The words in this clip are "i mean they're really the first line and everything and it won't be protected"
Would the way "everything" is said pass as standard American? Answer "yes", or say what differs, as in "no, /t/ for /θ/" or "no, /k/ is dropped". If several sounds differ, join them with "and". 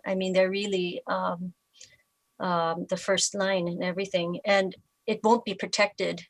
yes